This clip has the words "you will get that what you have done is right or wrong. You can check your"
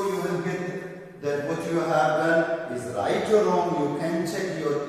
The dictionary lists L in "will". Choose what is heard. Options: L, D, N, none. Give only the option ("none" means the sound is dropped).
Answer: N